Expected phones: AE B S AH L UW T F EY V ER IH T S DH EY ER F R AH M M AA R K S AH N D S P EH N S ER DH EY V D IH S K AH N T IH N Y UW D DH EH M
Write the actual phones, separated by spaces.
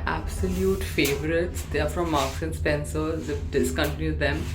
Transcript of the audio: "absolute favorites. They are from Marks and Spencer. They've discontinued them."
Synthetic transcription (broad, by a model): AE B S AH L UW T F EY V ER IH T S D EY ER F R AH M M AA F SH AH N S P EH N S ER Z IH F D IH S K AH N T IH N Y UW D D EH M